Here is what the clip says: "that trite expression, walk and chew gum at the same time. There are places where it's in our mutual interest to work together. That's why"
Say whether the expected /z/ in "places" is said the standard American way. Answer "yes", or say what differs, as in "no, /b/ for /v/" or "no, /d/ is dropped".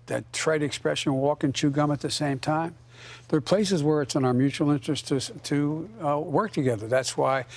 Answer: yes